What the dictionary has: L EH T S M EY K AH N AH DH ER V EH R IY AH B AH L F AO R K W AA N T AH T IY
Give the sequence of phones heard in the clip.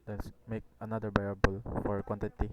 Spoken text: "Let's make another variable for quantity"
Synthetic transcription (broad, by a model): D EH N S M EY K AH N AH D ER B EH R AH B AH L F AO R K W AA N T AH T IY